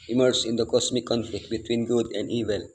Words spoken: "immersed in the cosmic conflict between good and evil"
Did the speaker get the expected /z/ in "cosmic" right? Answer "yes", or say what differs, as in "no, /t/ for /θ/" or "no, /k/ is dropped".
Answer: no, /s/ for /z/